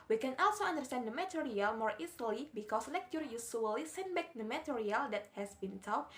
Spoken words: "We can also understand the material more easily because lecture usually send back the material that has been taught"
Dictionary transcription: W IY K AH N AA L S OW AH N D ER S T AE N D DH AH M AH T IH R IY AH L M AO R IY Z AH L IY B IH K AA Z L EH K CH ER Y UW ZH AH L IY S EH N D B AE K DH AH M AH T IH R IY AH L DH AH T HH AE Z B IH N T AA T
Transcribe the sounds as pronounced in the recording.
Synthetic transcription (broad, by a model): W IY K AH N AA L S OW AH N D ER S T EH N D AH M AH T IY R IY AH L M AO R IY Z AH L IY B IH K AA S L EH K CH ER Y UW S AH L IY S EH N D B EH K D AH M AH T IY R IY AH L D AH T HH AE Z B IH N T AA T